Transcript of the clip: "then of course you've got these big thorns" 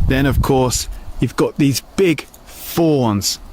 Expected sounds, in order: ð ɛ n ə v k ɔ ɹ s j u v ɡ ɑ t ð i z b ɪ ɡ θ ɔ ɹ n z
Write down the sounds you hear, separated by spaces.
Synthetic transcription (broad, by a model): ð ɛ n ə v k ɔ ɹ s j u v ɡ ɑ t ð i z b ɪ ɡ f ɔ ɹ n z